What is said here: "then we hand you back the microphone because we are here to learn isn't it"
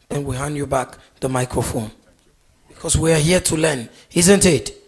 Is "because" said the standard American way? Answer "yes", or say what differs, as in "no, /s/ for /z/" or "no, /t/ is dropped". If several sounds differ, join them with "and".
no, /s/ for /z/